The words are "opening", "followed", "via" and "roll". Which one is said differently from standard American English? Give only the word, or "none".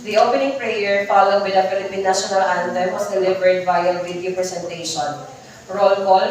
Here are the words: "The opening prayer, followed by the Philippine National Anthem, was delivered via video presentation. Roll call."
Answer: via